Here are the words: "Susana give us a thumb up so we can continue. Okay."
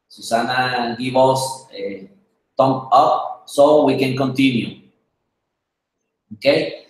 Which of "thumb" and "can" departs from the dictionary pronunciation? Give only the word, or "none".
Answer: thumb